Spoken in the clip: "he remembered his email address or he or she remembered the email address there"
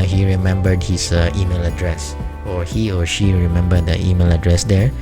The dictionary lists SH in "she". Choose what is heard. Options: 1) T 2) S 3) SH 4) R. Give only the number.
3